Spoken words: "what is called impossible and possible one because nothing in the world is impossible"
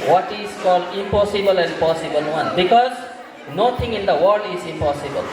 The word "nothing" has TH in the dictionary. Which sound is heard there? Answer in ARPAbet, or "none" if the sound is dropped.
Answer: T